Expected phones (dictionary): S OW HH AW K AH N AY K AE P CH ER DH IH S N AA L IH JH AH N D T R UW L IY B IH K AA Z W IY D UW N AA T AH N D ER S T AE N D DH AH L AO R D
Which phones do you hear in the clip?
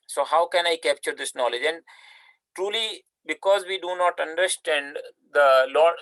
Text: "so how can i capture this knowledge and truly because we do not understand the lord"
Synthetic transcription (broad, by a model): S OW HH AW K AH N AY K AE P CH ER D IH S N AA L IH JH AH N D T R UW L IY B IH K AA Z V IY D UW N AA T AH N D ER S T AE N D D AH L AO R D